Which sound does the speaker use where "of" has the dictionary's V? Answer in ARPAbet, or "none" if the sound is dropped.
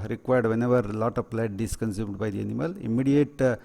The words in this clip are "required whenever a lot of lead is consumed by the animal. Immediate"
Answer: P